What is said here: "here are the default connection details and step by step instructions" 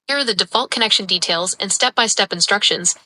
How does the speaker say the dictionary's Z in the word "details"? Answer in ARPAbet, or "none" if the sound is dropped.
Z